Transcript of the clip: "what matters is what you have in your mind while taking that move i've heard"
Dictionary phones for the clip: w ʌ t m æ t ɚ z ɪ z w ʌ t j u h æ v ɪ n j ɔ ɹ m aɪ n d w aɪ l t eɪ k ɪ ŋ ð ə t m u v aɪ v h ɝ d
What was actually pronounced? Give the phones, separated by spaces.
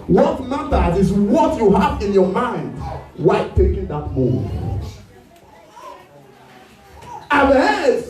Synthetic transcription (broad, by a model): w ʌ t m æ t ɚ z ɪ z w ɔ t j u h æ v ɪ n j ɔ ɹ m aɪ n d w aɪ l t eɪ k ɪ ŋ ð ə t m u aɪ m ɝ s